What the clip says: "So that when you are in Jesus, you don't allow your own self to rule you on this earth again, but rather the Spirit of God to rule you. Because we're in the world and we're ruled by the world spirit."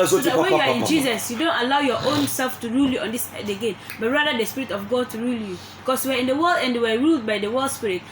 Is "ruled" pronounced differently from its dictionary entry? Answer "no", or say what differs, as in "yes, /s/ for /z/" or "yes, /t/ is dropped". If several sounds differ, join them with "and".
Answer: no